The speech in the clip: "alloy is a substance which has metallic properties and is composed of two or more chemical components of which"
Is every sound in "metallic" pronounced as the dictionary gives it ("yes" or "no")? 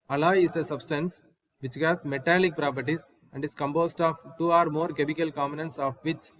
yes